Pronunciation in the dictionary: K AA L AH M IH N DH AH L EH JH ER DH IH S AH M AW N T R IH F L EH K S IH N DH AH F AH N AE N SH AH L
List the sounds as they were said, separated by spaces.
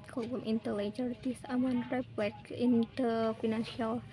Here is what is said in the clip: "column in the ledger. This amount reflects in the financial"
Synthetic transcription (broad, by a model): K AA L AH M IH N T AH L EH JH ER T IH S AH M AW N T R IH P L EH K IH N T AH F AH N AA N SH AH L